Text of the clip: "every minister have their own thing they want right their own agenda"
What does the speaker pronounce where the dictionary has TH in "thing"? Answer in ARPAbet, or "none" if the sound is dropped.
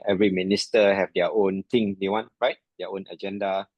T